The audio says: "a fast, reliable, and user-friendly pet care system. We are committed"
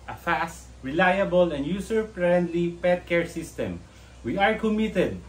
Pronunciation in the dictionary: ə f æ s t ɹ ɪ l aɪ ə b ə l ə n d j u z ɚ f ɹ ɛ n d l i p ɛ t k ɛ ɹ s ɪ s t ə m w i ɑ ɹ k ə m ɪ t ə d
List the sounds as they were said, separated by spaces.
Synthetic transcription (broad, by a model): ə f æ s t ɹ ɪ l aɪ ə b ə l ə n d j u s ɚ p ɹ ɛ n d l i p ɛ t k ɛ ɹ s ɪ s t ə m w i ɑ ɹ k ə m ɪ t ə d